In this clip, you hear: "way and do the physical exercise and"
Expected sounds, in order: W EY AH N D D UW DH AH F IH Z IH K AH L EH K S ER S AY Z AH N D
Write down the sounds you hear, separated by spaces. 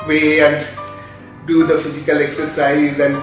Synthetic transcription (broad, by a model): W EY AH N D D UW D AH F IH Z IH K AH L EH K S ER S AY Z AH N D